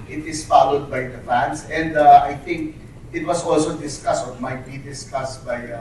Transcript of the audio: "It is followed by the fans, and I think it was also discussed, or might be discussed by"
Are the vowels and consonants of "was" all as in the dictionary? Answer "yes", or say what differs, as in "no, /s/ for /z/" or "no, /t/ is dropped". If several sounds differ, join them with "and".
no, /s/ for /z/